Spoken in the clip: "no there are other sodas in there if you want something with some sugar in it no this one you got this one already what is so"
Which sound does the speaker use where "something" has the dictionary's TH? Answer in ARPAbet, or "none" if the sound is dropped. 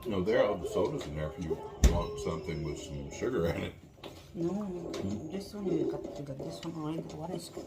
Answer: TH